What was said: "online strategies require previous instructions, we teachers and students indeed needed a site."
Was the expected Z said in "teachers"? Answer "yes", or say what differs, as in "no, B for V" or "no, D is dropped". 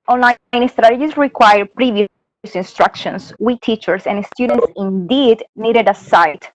no, S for Z